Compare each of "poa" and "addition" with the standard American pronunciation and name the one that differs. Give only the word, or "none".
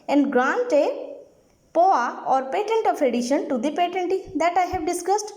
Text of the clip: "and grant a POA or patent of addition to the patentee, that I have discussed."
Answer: none